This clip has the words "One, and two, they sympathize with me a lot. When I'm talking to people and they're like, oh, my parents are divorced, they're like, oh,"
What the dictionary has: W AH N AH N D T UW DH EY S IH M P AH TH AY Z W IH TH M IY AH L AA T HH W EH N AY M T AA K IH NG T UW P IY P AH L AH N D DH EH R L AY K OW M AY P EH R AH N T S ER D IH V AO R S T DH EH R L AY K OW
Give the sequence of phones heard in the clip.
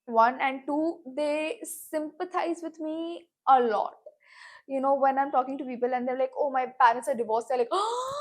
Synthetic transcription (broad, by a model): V AH N AH N D T UW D EY S IH M P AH T AY Z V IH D M IY AH L AA T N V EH N AY M T AA K IH NG T UW P IY P AH L AH N D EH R L AY K OW M AY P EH R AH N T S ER D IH V AO R S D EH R L AY K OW